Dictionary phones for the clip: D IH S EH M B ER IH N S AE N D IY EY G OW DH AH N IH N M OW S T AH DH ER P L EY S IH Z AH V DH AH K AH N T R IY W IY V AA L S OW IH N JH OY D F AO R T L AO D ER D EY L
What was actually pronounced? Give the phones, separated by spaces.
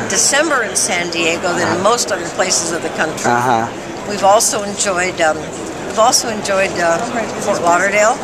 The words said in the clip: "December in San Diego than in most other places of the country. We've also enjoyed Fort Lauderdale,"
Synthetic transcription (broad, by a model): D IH S EH M B ER IH N S AE N D IY EY G OW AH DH IH N M OW S T AH DH ER P L EY S IH Z AH V DH AH K AH N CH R IY W IY V AA L S OW IH N JH OY D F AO R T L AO D ER D EY L